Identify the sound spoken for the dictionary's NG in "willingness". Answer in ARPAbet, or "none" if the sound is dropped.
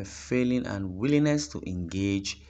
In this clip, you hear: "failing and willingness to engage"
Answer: none